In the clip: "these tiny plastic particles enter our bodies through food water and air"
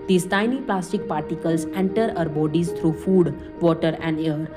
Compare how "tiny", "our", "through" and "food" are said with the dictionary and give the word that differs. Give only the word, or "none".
through